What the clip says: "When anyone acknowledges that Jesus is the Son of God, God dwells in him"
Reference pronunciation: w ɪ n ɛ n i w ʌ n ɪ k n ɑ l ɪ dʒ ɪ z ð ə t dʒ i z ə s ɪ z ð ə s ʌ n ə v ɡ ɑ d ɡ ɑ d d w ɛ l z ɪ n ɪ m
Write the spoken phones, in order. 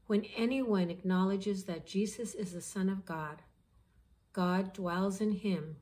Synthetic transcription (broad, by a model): w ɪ n ɛ n i w ʌ n ɪ k n ɑ l ɪ dʒ ɪ z ð ə t dʒ i z ə s ɪ z ð ə s ʌ n ə v ɡ ɑ d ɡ ɑ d d w ɛ l z ɪ n ɪ m